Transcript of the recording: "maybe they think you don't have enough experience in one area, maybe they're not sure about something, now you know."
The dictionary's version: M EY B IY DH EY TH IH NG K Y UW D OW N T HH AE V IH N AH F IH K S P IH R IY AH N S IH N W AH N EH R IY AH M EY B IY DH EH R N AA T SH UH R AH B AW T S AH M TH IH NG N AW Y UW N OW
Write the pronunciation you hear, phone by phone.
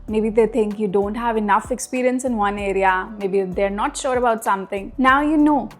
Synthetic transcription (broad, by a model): M EY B IY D EY T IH NG K Y UW D OW N T HH AE V IH N AH F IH K S P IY R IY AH N S IH N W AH N EH R IY AH M EY B IY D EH R N AA T SH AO R AH B AW T S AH M T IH NG N AW Y UW N OW